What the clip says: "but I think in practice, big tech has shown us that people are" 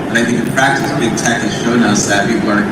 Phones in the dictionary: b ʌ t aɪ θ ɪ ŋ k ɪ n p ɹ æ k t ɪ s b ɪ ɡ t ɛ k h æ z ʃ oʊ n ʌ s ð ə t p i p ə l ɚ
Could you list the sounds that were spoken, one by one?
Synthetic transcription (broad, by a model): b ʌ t aɪ θ ɪ ŋ k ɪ p ɹ æ k t ɪ s b ɪ ɡ t ɛ k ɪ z ʃ oʊ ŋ ʌ s ð ə t p i p l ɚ